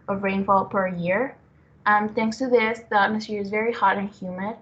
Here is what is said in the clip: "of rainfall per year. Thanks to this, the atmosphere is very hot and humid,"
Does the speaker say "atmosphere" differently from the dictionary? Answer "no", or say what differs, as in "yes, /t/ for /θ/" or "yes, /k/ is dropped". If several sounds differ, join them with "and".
yes, /f/ is dropped